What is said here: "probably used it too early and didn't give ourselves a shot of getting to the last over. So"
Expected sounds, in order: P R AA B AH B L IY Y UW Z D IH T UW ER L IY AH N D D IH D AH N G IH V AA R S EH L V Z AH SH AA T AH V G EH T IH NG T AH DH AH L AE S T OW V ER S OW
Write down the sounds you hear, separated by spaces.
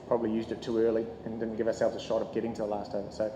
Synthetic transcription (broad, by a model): P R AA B AH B L IY Y UW Z D IH T UW ER L IY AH N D D IH D N G IH V AA R S EH L V Z AH SH AA T AH V G EH T IH NG T AH DH AH L AE S T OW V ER S OW